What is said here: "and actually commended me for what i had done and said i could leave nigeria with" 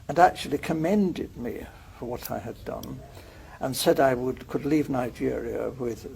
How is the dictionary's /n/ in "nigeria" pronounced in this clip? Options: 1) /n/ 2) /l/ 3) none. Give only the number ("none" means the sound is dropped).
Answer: 1